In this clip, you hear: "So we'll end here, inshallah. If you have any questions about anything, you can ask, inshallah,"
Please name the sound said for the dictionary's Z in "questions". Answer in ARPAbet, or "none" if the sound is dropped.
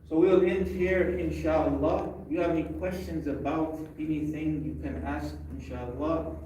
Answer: Z